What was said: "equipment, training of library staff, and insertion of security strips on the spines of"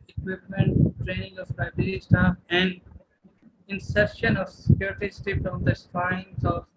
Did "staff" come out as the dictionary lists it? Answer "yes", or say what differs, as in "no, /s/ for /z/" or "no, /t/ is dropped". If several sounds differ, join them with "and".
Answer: no, /f/ is dropped